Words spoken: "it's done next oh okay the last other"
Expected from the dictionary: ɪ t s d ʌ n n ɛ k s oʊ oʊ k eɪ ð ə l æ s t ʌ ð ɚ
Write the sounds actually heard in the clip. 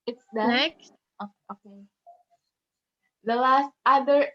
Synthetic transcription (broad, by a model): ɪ t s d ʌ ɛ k oʊ oʊ k eɪ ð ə l æ s t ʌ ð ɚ